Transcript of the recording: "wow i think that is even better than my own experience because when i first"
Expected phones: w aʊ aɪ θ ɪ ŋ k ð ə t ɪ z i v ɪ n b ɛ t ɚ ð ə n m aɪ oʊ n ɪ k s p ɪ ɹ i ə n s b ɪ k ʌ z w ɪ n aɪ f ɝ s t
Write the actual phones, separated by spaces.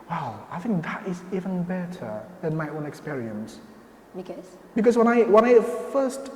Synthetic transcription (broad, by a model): w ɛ aɪ θ ɪ ŋ k ð ə t ɪ z i v ɪ n b ɛ t ɚ ð ə n m aɪ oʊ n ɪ k s p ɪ ɹ i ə n s b ɪ k ʌ z w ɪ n aɪ f ɝ s t